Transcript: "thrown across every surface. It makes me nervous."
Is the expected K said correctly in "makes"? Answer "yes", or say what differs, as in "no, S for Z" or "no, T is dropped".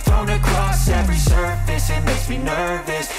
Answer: no, K is dropped